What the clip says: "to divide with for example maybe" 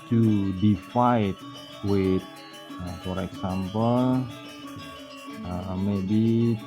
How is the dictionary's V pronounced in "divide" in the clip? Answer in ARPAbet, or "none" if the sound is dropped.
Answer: F